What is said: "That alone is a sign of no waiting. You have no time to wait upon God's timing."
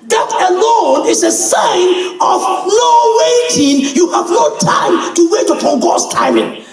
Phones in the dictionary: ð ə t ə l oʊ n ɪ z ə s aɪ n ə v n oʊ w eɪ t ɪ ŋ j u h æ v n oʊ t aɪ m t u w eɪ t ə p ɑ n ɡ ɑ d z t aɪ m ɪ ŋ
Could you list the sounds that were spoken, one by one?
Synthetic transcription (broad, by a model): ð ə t ə l oʊ n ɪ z ə s aɪ n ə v n oʊ w eɪ t ɪ ŋ j u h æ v n oʊ t aɪ m t u w eɪ t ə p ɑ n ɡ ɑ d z t aɪ m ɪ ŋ